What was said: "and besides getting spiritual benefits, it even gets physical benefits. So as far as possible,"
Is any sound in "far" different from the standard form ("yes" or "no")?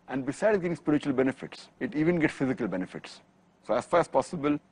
no